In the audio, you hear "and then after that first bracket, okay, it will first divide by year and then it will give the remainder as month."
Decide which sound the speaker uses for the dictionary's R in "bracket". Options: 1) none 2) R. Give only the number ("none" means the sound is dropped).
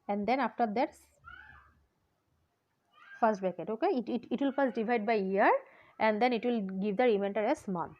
1